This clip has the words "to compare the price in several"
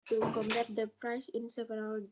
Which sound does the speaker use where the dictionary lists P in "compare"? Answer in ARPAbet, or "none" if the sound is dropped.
B